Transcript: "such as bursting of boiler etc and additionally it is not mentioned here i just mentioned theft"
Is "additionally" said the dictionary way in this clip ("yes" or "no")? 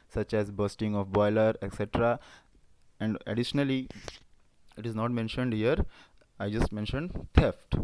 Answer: yes